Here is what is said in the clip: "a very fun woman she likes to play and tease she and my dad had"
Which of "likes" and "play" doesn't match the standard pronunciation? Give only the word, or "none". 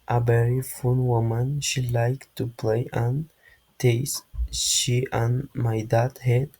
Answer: likes